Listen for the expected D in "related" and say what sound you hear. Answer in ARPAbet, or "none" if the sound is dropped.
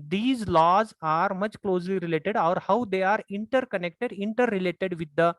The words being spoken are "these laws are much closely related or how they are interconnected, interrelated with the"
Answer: D